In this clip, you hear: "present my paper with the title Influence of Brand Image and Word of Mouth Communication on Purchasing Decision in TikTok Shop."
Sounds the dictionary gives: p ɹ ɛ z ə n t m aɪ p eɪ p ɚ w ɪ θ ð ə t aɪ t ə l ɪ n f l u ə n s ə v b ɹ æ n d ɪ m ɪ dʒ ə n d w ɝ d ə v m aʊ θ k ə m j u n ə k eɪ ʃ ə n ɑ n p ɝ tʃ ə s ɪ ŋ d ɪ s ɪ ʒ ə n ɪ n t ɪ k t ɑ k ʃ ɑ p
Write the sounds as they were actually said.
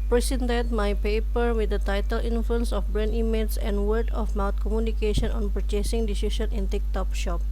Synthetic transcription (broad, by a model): p ɹ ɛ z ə n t m aɪ p eɪ p ɚ w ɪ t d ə t aɪ t ə l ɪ n f l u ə n s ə f b ɹ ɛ n i m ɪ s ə n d w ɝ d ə f m aʊ t k ə m j u n ə k eɪ ʃ ə n ɑ n p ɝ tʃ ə s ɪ ŋ d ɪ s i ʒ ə n ɪ n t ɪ k t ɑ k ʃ ɑ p